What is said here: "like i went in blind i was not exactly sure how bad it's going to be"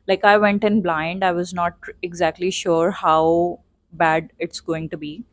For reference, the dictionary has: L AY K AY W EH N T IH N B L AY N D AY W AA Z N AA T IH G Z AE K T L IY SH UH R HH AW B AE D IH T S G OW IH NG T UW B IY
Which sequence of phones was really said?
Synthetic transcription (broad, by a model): L AY K AY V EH N T IH N B L AY N D AY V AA Z N AA T IH G Z AE K T L IY SH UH R HH AW B AE D IH T S G OW IH NG T UW B IY